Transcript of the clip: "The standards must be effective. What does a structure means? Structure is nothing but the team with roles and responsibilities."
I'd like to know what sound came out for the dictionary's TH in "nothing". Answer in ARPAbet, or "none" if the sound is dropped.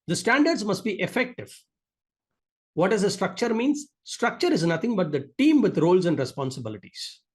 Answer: T